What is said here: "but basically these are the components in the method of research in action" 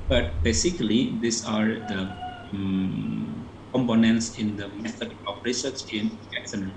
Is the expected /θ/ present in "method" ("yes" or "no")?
no